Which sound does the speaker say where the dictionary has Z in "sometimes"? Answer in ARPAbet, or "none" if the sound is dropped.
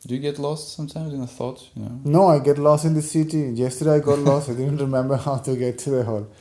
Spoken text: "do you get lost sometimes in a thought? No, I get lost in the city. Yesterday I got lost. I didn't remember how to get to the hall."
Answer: Z